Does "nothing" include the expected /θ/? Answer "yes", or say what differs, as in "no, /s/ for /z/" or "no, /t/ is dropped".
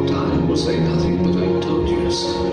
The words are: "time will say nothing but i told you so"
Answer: yes